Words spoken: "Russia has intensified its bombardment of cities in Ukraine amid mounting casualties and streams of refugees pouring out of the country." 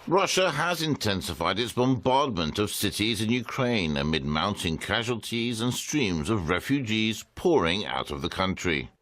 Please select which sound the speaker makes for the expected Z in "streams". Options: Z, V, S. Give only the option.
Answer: Z